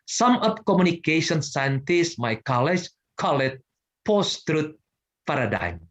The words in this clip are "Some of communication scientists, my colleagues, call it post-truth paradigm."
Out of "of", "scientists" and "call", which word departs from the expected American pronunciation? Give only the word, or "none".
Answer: of